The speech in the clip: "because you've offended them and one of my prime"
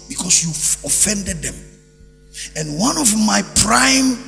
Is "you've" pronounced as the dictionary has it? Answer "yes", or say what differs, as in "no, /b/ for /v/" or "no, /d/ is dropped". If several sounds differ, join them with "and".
no, /v/ is dropped